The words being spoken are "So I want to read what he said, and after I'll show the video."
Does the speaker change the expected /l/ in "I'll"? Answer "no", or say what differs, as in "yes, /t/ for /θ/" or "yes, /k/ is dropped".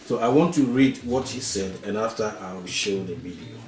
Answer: yes, /w/ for /l/